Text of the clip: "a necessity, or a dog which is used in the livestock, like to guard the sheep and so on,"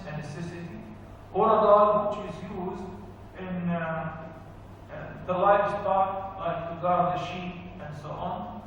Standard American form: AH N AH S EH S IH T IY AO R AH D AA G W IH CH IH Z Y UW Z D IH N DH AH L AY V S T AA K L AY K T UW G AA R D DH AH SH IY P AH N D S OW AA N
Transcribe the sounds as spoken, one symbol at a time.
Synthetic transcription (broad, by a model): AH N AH S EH S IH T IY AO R AH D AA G W IH CH IH Z Y UW Z D IH N DH AH L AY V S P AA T L AY K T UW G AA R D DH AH SH IY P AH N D S OW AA N